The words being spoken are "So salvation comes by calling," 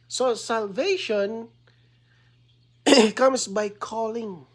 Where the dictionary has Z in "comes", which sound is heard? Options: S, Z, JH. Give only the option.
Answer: S